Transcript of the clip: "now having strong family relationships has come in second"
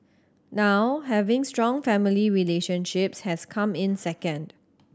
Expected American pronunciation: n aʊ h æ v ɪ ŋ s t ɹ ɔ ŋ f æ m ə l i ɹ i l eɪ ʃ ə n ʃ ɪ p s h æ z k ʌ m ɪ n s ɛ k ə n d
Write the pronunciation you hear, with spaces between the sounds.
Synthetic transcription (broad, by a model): n aʊ h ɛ v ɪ ŋ s t ɹ ɔ ŋ f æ m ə l i ɹ i l eɪ ʃ ə n ʃ ɪ p s h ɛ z k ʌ m ɪ n s ɛ k ə n d